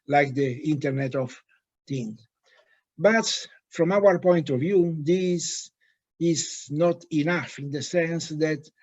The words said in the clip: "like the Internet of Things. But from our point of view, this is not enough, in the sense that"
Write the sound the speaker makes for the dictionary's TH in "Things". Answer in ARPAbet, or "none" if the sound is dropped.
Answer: T